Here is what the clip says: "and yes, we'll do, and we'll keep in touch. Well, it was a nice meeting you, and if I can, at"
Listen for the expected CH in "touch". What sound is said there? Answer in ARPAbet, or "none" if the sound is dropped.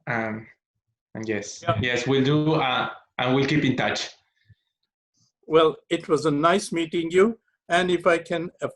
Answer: CH